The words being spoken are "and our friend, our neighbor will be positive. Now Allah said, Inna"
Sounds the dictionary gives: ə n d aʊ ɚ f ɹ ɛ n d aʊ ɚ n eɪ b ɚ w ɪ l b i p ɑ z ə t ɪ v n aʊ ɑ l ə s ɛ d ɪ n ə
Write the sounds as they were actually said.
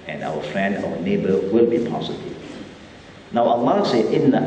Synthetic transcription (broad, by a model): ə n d aʊ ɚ f ɹ ɛ n d aʊ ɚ n eɪ b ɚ w ɪ l b i p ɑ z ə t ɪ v n aʊ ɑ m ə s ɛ ɪ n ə